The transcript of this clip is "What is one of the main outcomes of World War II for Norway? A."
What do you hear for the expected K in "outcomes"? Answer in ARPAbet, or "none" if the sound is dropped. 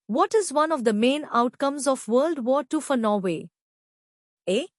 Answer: K